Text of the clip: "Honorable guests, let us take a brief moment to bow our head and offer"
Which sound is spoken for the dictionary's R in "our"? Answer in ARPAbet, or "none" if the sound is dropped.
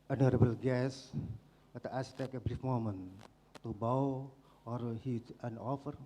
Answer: R